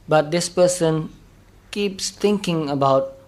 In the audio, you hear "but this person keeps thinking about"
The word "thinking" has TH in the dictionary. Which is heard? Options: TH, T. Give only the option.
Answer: T